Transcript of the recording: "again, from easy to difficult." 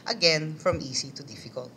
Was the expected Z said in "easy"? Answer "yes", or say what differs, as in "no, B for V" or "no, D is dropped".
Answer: no, S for Z